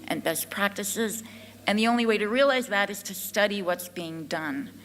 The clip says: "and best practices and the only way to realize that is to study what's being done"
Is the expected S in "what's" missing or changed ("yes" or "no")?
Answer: no